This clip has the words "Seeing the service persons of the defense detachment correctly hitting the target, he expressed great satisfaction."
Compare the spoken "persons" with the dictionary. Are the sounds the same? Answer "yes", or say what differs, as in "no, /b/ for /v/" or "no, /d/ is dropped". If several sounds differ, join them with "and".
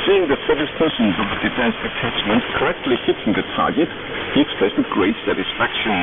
yes